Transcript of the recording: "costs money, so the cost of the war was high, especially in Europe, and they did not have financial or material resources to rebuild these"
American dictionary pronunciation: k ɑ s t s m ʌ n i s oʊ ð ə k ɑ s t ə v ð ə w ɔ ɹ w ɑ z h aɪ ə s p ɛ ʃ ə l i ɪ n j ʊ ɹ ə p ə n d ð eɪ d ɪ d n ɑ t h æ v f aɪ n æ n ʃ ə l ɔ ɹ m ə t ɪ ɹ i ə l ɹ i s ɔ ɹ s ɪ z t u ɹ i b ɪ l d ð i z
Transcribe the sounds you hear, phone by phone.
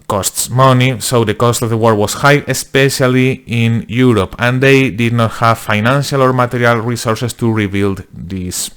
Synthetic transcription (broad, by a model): k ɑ s t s m ʌ n i s oʊ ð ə k ɑ s t ə v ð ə w ɔ ɹ w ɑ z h aɪ ə s p ɛ ʃ ə l i ɪ n j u ɹ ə p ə n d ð eɪ d ɪ d n ɑ t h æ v f aɪ n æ n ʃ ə l ɔ ɹ m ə t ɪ ɹ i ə l ɹ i s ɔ ɹ s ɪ s t u ɹ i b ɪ l d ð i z